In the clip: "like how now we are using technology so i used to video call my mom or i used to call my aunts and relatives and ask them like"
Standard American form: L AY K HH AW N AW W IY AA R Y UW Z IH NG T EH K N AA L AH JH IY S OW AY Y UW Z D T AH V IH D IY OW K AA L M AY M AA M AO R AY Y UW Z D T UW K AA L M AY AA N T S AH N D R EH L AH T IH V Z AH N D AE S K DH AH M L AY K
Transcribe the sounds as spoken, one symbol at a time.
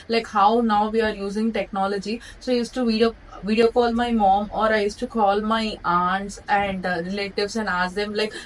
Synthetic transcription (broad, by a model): L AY K HH AW N AW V IY AA R Y UW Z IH NG T EH K N AA L AH JH IY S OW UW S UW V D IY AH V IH D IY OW K AA L M AY M AA M AO R AY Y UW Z T UW K AA L M AY AA N T S AH N D R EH L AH T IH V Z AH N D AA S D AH M L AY K